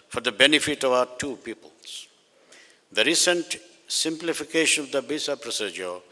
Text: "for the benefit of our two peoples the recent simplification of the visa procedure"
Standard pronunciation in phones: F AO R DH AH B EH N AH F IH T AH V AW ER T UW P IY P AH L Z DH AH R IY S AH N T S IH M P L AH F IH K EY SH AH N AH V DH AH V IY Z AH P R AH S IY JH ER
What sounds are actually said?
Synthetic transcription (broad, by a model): F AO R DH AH B EH N AH F IH T AH V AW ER T UW P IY P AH L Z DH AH R IY S AH N T S IH M P L AH F IH K EY SH AH N AH V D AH B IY S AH P R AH S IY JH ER